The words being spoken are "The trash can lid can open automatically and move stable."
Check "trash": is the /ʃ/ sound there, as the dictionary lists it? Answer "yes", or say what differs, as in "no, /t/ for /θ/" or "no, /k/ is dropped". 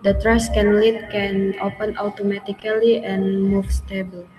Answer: no, /s/ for /ʃ/